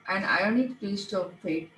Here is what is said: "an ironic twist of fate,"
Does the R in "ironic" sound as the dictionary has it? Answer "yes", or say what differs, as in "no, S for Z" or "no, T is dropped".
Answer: no, R is dropped